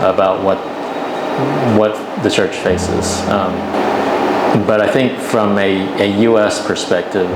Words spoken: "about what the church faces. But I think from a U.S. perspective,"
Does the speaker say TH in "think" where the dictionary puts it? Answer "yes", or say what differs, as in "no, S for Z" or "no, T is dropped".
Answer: yes